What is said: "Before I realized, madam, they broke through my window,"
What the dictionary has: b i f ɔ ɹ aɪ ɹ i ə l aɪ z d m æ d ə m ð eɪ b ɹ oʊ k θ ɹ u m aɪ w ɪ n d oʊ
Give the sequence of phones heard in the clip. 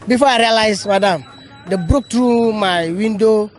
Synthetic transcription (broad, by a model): b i f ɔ aɪ ɹ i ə l aɪ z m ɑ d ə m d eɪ b ɹ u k t ɹ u m aɪ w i n d oʊ